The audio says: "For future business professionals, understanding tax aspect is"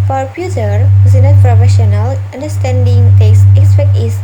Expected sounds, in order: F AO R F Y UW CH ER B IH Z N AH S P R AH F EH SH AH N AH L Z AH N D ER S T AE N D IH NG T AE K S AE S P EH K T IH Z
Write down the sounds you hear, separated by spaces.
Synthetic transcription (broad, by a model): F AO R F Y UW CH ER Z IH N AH P R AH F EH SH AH N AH L AH N D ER S T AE N D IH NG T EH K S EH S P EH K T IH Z